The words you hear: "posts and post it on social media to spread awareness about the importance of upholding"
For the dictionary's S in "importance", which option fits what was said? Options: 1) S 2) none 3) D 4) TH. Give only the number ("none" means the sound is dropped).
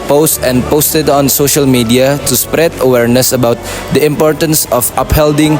1